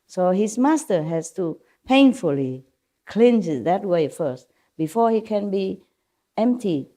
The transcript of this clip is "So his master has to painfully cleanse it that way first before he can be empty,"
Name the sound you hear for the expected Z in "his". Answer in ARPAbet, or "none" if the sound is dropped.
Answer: S